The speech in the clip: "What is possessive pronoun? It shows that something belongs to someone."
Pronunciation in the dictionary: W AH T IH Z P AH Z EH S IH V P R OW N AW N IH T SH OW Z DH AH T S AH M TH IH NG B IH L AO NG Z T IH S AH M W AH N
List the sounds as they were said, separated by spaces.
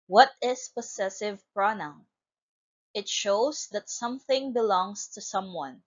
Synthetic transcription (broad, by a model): W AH T IH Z P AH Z EH S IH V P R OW N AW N IH T SH OW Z DH AH T S AH M TH IH NG B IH L AO NG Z T IH S AH M W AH N